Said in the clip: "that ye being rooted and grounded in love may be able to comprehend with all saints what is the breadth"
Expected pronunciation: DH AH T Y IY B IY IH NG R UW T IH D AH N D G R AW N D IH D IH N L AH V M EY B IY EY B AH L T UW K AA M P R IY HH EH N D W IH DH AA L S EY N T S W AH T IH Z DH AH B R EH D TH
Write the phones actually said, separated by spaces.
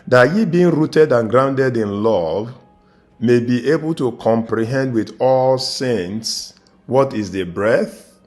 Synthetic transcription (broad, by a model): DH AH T Y IY B IY IH NG R UW T IH D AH N G R AW N D IH D IH N L AH V M EY B IY EY B AH L T UW K AA M P R IY HH EH N D W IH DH AA L S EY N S W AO T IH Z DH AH B R EH TH